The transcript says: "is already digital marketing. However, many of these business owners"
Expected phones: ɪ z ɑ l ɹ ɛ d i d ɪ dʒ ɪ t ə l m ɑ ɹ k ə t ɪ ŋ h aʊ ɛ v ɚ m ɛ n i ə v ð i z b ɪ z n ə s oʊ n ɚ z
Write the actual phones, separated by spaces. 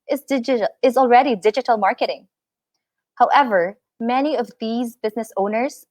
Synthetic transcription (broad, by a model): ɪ z ɑ l ɹ ɛ d i d ɪ dʒ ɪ t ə l m ɑ ɹ k ə t ɪ ŋ h aʊ ɛ v ɚ m ɛ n i ə v ð i z b ɪ z n ə s oʊ n ɚ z